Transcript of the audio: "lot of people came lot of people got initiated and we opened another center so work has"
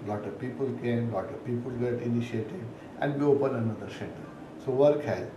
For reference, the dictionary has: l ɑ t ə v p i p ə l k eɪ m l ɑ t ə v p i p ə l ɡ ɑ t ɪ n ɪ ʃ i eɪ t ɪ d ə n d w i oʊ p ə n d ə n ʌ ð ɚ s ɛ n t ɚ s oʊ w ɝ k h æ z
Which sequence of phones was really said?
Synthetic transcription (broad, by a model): l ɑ t ə v p i p ə l k eɪ m l ɑ t ə v p i p ə l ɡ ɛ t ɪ n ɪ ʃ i eɪ t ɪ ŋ ə n d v i oʊ p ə n ə n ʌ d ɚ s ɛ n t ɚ s oʊ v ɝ k h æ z